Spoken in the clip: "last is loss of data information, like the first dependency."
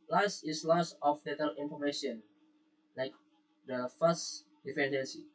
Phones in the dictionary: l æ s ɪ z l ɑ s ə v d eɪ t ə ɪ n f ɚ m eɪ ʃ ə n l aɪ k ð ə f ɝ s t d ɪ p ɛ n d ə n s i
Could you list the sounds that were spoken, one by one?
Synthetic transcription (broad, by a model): l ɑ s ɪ s l ɑ s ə f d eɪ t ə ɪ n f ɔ m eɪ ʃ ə n l aɪ k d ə f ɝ s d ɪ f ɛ n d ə n s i